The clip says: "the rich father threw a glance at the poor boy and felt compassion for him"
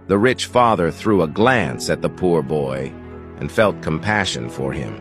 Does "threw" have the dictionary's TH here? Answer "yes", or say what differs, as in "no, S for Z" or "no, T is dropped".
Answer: yes